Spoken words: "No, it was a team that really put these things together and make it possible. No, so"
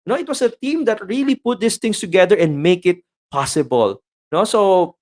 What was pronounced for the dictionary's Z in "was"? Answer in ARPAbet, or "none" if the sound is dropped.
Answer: S